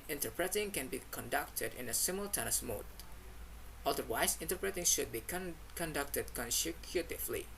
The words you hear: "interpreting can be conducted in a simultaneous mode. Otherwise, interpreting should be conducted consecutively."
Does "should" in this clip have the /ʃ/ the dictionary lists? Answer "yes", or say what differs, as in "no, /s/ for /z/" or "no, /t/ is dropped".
yes